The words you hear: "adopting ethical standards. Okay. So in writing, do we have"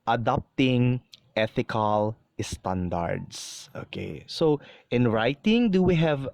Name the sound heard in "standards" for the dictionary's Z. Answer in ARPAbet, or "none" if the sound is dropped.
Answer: S